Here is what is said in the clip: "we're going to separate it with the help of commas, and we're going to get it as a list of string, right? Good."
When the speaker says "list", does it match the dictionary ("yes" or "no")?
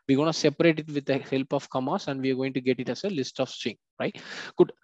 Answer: yes